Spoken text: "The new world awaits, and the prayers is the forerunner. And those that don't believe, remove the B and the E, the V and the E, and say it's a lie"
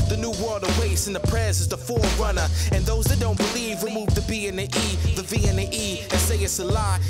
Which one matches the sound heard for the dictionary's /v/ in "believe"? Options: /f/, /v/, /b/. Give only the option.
/v/